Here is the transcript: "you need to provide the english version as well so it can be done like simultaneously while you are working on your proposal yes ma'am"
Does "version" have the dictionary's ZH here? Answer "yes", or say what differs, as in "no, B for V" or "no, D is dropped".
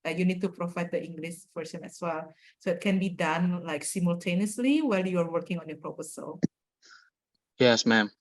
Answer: no, S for ZH